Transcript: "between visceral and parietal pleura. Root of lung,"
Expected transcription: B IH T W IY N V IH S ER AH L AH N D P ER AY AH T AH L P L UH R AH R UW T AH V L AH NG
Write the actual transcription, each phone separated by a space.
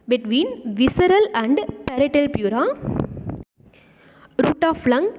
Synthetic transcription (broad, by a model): B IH T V IY N V IH S ER AH L AH N D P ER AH T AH L P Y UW R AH R UW T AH F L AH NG